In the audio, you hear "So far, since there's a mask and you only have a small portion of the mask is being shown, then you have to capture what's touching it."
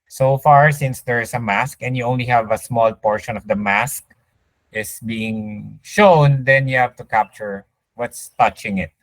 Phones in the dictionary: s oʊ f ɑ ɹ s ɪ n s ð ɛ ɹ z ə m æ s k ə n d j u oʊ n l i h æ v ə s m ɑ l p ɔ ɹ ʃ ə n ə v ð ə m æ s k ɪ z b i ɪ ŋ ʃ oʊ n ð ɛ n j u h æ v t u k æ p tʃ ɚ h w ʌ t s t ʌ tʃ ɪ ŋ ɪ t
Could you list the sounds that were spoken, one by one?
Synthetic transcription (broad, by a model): s oʊ f ɑ ɹ s ɪ n s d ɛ ɹ s ə m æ s k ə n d j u oʊ n l i h æ v ə s m ɑ l p ɔ ɹ ʃ ə n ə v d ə m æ s k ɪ s b i ɪ ŋ ʃ oʊ n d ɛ n j u h æ v t u k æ p tʃ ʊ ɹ w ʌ t s t ʌ tʃ ɪ ŋ ɪ t